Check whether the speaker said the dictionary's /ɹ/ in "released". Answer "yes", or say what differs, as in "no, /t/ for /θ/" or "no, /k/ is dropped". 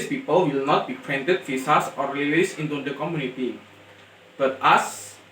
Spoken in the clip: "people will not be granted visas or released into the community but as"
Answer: no, /l/ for /ɹ/